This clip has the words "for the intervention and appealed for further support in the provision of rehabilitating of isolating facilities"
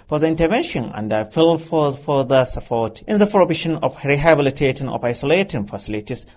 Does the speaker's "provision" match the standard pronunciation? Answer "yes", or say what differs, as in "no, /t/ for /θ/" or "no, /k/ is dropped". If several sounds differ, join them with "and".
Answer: no, /b/ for /v/ and /ʃ/ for /ʒ/